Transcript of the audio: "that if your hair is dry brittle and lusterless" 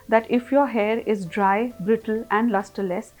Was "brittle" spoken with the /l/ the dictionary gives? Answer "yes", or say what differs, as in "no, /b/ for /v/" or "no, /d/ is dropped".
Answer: yes